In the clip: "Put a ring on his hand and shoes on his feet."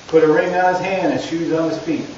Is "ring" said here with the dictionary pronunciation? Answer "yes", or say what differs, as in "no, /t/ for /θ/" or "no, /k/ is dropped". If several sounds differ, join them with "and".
yes